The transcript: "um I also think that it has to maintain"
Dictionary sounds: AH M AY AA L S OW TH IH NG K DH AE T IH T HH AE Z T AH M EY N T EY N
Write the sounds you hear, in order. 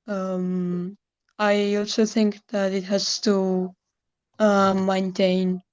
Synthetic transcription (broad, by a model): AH M AY AA L S OW TH IH NG K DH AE T IH T HH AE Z T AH M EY N T EY N